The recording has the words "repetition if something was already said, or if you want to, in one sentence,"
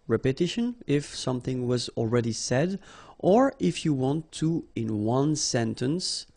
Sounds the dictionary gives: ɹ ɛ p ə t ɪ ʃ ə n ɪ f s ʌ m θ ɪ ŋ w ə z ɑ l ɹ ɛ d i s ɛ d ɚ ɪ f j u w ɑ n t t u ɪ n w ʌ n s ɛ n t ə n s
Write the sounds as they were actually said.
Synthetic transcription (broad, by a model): ɹ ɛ p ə t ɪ ʃ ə n ɪ f s ʌ m θ ɪ ŋ w ə z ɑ l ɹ ɛ d i s ɛ d ɚ ɪ f j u w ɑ n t t u ɪ n w ʌ n s ɛ n t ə n s